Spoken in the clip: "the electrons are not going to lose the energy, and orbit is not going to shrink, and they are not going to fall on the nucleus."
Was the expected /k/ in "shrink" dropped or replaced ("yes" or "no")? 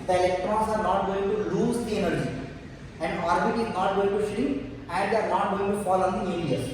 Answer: yes